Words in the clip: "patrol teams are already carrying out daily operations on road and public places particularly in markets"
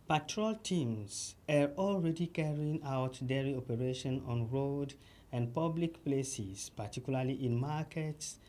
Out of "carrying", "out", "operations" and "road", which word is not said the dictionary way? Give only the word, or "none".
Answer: operations